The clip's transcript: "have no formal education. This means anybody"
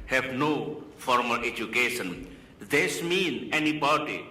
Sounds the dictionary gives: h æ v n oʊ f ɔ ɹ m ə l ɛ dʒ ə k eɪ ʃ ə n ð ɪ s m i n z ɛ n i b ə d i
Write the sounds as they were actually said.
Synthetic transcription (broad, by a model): h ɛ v n oʊ f ɔ ɹ m ə l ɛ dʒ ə k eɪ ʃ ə n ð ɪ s m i n ɛ n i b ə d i